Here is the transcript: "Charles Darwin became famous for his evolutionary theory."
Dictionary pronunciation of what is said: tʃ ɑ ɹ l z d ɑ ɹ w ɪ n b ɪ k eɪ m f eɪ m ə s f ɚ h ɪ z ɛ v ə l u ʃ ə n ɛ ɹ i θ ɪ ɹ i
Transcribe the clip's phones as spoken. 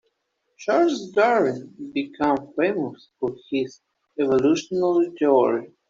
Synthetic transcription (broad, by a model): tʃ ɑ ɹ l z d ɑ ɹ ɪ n b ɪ k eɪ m f eɪ m ə s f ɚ h ɪ z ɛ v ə l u ʃ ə n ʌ l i t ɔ ɹ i